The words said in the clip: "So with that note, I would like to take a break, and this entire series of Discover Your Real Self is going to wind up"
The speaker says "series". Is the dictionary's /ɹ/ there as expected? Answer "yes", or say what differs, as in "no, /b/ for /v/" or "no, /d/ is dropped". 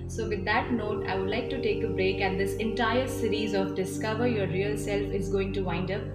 yes